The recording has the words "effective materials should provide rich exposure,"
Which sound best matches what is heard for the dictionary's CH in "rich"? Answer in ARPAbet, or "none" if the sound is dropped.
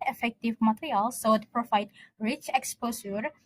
CH